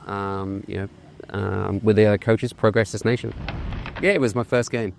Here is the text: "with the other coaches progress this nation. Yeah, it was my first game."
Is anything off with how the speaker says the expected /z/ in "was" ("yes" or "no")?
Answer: no